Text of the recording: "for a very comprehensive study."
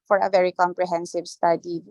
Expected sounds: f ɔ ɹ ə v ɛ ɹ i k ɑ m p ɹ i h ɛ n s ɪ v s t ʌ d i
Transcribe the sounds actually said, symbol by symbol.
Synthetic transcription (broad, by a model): f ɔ ɹ ə v ɛ ɹ i k ɑ m p ɹ i h ɛ n s ɪ v s t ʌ d i